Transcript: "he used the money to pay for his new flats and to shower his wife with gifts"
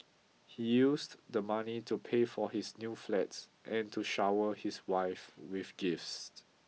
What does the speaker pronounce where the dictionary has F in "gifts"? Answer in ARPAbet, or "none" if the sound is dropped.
F